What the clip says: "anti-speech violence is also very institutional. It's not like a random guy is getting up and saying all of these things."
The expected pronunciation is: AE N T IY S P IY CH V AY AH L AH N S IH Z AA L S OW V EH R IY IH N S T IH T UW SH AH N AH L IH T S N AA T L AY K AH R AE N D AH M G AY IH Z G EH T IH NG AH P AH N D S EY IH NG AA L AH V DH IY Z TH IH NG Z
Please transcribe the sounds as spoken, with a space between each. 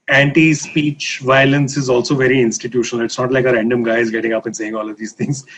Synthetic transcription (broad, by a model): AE N T IY S P IY CH V AY AH L AH N S IH Z AA L S OW V EH R IY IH N S T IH T UW SH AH N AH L IH T S N AA T L AY K AH R AE N D AH M G AY IH Z G EH T IH NG AH P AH N S EY IH NG AA L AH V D IY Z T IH NG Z